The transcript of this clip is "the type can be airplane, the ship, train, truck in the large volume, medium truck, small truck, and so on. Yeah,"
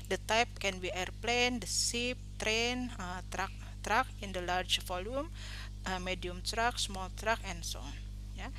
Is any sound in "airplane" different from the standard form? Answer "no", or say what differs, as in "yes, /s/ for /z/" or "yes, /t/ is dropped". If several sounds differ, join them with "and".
no